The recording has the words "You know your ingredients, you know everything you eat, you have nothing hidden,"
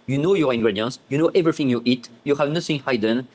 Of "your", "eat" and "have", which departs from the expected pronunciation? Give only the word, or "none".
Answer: none